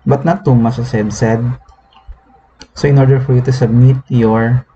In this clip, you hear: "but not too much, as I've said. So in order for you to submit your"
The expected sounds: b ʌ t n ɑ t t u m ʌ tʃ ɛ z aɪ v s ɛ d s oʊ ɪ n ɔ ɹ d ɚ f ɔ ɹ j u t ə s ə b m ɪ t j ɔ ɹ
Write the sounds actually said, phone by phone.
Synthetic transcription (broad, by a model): b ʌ t n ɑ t t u m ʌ s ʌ s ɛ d s ɛ d s oʊ ɪ n ɔ ɹ d ɚ f ɔ ɹ j u t ə s ə b m ɪ t j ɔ ɹ